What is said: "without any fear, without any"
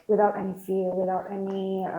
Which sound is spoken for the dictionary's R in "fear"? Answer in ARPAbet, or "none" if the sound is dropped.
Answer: L